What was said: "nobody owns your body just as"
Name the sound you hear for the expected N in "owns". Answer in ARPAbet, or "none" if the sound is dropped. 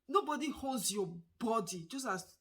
none